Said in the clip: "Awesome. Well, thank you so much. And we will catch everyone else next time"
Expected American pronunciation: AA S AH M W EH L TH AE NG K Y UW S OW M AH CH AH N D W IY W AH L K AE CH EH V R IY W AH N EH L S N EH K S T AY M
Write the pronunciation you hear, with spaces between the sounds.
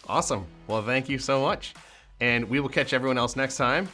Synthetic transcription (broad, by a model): AA S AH M W EH L TH AE NG K Y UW S OW M AH CH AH N W IY W AH L K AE CH EH V R IY W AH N EH L S N EH K S T AY M